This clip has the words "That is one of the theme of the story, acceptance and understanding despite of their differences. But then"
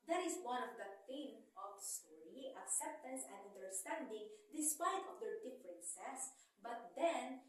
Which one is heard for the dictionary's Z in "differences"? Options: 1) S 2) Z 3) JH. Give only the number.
1